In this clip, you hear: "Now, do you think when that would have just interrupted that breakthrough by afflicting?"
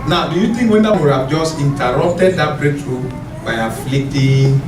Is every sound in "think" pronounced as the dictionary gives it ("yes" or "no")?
no